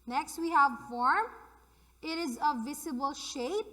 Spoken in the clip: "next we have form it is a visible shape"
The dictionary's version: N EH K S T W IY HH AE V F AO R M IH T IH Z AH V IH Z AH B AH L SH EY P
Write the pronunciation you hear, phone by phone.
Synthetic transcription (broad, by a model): N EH K S T W IY HH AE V F AO R M IH T IH Z AH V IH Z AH B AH L SH EY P